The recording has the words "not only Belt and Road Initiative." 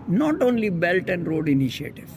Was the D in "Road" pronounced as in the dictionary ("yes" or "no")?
yes